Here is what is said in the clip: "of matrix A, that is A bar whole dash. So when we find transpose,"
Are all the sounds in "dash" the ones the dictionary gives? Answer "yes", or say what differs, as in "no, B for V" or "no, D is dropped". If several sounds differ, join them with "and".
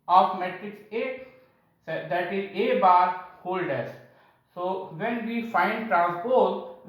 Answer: no, S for SH